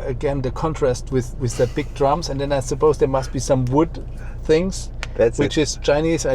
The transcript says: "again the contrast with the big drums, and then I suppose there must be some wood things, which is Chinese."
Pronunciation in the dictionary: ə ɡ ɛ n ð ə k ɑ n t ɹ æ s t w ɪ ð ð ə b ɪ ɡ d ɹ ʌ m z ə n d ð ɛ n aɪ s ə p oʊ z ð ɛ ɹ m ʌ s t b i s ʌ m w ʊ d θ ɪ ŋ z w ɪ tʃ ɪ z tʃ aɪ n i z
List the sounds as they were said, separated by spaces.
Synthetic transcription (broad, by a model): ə ɡ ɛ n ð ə k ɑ n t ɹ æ s t w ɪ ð ð ə b ɪ ɡ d ɹ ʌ m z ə n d ð ɛ n aɪ s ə p oʊ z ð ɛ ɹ m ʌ s t b i s ʌ m w ʊ d θ ɪ ŋ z w ɪ tʃ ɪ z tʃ aɪ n i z